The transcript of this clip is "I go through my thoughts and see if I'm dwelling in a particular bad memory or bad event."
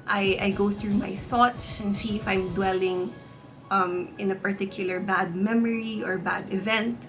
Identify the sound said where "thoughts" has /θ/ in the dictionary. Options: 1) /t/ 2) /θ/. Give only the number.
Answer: 2